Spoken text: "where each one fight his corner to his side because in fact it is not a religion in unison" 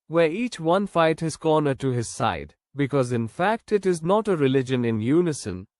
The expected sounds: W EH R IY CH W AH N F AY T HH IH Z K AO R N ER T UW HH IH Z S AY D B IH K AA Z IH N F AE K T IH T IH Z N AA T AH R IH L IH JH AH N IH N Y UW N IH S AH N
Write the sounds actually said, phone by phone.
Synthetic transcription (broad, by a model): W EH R IY CH W AH N F AY T HH IH Z K AO R N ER T UW HH IH Z S AY D B IH K AA Z IH N F AE K T IH T IH Z N AA T AH R IH L IH JH AH N IH N Y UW N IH S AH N